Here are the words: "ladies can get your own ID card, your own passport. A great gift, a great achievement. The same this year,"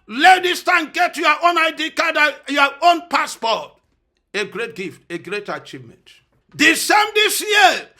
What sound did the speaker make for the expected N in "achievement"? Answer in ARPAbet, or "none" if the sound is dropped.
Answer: N